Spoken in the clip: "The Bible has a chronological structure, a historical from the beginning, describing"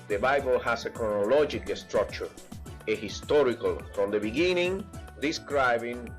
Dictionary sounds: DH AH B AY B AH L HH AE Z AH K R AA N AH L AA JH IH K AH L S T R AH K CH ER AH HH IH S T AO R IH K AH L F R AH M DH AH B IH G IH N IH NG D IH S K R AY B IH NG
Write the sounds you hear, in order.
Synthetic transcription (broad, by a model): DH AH B AY B AH L HH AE S AH K R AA N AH L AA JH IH K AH S T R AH K CH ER AH HH IH S T AO R IH K AH L F R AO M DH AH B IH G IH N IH NG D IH S K R AY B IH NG